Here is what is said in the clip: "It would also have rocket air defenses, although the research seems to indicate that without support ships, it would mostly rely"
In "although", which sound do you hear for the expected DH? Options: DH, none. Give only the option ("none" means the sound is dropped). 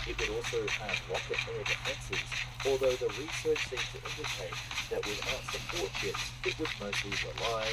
DH